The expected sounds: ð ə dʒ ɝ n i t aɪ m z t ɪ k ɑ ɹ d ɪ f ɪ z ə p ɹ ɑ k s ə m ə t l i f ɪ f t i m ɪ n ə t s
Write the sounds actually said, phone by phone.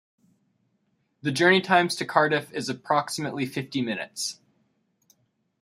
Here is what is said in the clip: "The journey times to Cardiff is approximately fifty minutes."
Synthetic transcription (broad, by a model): ð ə dʒ ɝ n i t aɪ m z t ɪ k ɑ ɹ d ɪ f ɪ z ə p ɹ ɑ k s ə m ə t l i f ɪ f t i m ɪ n ə t s